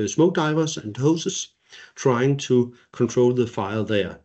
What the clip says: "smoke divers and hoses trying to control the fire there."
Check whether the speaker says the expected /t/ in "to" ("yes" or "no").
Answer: no